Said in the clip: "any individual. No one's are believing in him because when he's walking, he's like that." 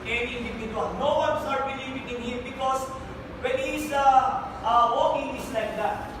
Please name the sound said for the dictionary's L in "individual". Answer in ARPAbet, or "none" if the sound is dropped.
N